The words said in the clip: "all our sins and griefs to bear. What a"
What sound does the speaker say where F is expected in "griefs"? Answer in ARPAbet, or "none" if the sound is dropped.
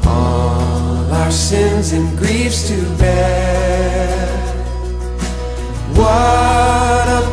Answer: F